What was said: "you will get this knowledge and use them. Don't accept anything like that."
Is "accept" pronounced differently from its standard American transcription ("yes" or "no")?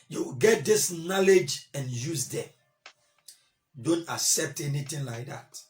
no